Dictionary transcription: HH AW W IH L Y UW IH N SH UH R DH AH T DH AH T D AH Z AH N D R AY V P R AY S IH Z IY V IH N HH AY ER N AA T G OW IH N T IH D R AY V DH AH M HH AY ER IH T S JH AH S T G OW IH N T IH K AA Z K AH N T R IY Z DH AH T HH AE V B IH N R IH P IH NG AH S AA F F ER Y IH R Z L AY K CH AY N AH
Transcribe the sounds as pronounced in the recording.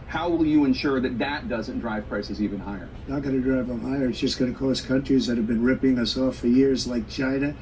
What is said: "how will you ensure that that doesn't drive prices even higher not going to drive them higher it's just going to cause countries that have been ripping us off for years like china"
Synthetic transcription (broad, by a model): HH AW W IH L Y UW IH N SH UH R DH AH T DH AH T D AH Z AH N D R AY V P R AY S IH Z IY V IH N HH AY ER N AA T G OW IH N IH D R AY V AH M HH AY ER IH T S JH AH S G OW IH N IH K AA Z K AH N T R IY Z DH AH T HH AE V B IH N R IH P IH NG AH S AA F F ER Y IH R Z L AY K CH AY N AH